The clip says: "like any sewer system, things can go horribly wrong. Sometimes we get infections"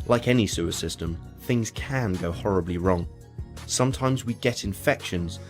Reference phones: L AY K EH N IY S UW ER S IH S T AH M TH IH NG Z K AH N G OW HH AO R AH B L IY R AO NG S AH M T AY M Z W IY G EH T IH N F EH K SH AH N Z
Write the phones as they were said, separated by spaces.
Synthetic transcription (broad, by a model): L AY K EH N IY S UW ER S IH S T AH M TH IH NG Z K AH N G OW HH AO R AH B L IY R AO NG S AH M T AY M Z W IY G EH T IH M F EH K SH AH N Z